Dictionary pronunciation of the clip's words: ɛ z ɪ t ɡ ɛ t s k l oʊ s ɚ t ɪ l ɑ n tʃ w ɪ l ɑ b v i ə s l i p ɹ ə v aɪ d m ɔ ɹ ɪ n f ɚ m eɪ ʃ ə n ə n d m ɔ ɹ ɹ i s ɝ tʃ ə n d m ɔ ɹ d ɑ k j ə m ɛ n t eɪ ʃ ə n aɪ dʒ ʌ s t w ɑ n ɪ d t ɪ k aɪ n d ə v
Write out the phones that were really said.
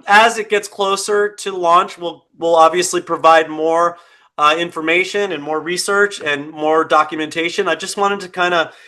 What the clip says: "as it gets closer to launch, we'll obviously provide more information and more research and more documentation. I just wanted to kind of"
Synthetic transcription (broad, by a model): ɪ z ɪ t ɡ ɛ t s k l oʊ s ɚ t ɪ l ɑ n tʃ w ɪ l ɑ b v i ə s l i p ɹ ə v aɪ d m ɔ ɹ ɪ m f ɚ m eɪ ʃ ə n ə n m ɔ ɹ ɹ i s ɝ tʃ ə n m ɔ ɹ d ɑ k j ə m ɛ n t eɪ ʃ ə n aɪ dʒ ʌ s t w ɑ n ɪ d t ɪ k aɪ n d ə